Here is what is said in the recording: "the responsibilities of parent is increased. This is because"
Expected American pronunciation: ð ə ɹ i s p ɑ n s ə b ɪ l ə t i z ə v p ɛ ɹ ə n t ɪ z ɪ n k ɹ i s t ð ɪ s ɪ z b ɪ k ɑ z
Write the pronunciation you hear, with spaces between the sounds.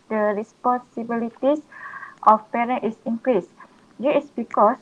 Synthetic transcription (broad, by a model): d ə ɹ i s p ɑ n s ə b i l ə t i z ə f p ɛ ɹ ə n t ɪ s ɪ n k ɹ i s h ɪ ɪ s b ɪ k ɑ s